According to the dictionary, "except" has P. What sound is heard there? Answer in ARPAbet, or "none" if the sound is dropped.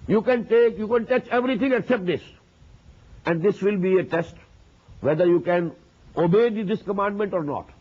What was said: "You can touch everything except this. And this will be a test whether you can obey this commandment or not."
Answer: P